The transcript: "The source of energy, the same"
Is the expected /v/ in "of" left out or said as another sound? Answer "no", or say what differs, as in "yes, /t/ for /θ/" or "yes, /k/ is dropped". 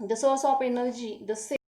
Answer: yes, /p/ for /v/